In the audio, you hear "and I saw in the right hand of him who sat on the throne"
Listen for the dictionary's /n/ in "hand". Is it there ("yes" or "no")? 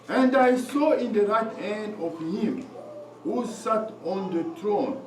yes